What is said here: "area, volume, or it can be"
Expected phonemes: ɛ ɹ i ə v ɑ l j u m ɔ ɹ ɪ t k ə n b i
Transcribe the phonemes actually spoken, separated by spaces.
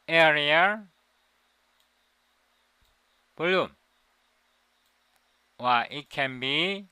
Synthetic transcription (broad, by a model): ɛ ɹ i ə b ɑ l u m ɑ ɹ ɪ t k ə n b i